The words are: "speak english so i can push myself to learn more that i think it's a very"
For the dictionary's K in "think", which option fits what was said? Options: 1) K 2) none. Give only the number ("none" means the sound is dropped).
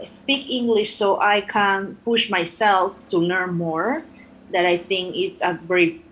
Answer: 1